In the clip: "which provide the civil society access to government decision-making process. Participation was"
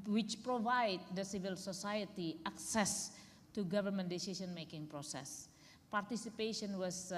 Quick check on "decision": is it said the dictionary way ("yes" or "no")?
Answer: no